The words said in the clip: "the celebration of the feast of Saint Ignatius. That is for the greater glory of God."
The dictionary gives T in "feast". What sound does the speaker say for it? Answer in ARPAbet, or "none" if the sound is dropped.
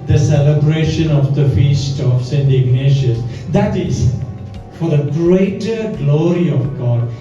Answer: T